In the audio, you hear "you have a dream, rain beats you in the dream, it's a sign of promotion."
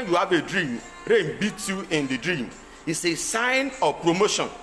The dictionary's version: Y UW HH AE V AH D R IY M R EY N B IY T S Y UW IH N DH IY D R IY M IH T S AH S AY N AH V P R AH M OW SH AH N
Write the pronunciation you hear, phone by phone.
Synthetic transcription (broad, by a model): Y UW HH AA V AH D R IY M R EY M B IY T Y UW IH N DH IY D R IY M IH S AH S AY N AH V P R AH M OW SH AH N